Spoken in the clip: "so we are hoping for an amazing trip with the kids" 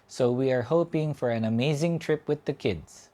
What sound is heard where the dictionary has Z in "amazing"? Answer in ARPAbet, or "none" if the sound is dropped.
Z